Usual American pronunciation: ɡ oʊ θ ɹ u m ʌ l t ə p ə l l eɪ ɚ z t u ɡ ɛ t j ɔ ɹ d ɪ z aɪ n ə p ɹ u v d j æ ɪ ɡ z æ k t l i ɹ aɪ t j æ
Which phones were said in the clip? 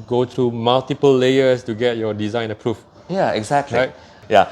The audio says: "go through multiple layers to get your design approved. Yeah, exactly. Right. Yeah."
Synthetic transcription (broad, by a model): ɡ oʊ t ɹ u m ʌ l t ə p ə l l eɪ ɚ s t u ɡ ɛ t j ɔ d ɪ z aɪ n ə p ɹ u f j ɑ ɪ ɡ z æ k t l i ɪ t j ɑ